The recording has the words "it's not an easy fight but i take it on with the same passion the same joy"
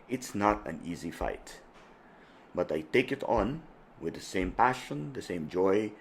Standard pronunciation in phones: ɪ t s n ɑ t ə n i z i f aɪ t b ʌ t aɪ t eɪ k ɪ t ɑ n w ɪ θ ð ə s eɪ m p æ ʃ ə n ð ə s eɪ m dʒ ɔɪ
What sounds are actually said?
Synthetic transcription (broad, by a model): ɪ t s n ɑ t ə n i z i f aɪ t b ʌ t aɪ t eɪ k ɪ t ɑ n w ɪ ð ə s eɪ m p æ ʃ ə n ð ə s eɪ m dʒ ɔɪ